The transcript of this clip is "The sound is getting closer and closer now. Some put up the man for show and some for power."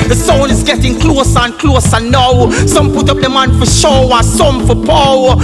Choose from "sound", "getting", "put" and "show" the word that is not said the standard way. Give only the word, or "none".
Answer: sound